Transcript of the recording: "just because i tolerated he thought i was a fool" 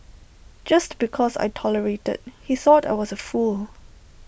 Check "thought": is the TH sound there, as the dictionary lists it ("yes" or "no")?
yes